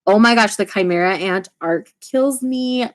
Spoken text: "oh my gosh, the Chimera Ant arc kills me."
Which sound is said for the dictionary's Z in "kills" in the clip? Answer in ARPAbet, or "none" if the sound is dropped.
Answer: Z